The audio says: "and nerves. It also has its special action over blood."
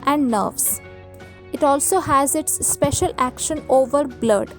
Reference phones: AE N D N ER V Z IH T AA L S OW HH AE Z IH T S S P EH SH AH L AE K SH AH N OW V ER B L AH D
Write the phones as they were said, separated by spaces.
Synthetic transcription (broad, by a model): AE N D N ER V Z IH T AA L S OW HH AE Z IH T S S P EH SH AH L AE K SH AH N OW V ER B L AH D